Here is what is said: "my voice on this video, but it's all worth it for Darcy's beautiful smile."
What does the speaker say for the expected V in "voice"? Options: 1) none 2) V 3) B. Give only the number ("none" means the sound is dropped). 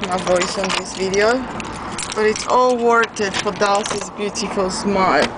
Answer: 2